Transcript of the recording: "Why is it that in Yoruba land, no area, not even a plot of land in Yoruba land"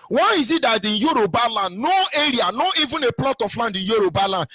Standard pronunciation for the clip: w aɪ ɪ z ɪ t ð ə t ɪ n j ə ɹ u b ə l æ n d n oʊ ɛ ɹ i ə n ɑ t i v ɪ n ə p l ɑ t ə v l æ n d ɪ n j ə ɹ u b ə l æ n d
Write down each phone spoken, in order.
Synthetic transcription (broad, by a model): w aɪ ɪ z ɪ t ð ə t ɪ n j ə ɹ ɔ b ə l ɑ n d n oʊ ɛ ɹ i ə n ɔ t i v ɪ n ə p l ɑ t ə f l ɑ n d ɪ n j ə ɹ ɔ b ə l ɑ n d